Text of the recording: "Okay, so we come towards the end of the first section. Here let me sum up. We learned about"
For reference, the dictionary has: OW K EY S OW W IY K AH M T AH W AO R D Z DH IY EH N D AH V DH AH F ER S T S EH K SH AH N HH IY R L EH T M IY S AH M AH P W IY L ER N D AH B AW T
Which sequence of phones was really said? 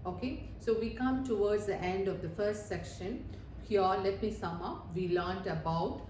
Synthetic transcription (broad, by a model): OW K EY S OW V IY K AH M T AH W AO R D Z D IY EH N D AH V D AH F ER S T S EH K SH AH N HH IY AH L EH T M IY S AH M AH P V IY L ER N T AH B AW T